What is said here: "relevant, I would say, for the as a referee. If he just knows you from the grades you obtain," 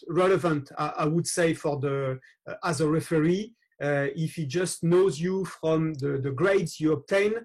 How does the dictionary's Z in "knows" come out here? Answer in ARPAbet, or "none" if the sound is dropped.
Z